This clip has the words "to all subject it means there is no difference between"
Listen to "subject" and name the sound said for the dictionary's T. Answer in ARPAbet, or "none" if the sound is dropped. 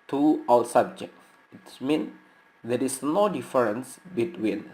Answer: none